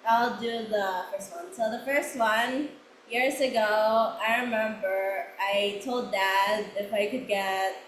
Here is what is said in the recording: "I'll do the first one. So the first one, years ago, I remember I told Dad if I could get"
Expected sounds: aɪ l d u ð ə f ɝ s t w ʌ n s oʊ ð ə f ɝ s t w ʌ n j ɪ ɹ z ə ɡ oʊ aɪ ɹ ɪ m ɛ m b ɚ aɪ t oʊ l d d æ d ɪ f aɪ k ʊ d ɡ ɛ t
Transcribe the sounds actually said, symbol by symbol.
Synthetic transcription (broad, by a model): aɪ l d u ð ə f ɝ s t w ʌ n s oʊ ð ə f ɝ s t w ʌ n j ɪ ɹ z ə ɡ oʊ aɪ ɹ ɪ m ɛ m b ɚ aɪ t oʊ l d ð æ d ɪ f aɪ k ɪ d ɡ ɛ t